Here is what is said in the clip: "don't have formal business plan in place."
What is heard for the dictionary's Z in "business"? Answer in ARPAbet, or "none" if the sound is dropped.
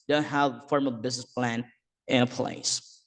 Z